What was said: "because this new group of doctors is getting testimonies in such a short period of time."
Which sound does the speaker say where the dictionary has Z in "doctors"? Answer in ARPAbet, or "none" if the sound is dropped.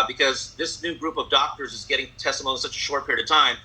Z